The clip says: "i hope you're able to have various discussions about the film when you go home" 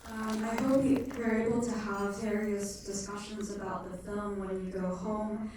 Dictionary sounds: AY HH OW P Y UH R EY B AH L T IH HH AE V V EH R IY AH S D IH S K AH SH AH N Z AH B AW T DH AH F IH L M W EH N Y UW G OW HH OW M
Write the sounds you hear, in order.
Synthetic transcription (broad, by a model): AY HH OW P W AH R EY B L T IH HH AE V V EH R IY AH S D IH S K AH SH AH N Z AH B AW T DH AH F IH L M W EH N Y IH G OW HH OW M